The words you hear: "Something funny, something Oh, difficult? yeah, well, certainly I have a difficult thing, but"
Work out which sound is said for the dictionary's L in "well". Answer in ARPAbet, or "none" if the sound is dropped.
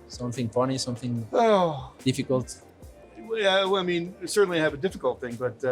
N